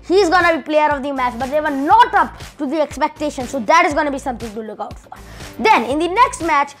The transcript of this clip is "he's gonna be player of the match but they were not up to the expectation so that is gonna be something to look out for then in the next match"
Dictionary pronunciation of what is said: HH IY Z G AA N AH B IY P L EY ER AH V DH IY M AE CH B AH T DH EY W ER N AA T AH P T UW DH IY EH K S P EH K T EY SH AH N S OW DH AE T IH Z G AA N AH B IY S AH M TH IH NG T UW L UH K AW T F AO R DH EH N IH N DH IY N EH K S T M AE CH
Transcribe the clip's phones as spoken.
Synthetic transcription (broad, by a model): HH IY Z G AA N AH B IY P L EY ER AH V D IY M AE CH B AH T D EY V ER N AA T AH P T UW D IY EH K S P EH K T EY SH AH N S OW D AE T IH Z G AA N AH B IY S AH M T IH NG T UW L UH K AW T F AO R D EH N IH N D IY N EH K S T M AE CH